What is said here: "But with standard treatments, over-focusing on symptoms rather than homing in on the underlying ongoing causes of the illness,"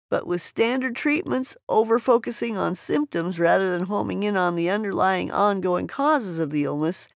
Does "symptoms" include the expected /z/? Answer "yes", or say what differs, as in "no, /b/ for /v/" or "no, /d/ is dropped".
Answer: yes